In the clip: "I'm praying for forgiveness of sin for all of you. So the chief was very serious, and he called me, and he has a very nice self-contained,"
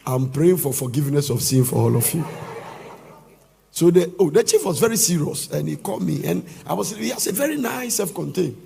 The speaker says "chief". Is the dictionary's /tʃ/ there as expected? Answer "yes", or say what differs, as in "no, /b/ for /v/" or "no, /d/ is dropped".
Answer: yes